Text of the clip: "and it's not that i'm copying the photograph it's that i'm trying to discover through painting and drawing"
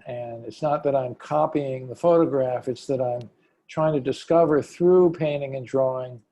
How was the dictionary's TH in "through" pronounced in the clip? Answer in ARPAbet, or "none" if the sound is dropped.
TH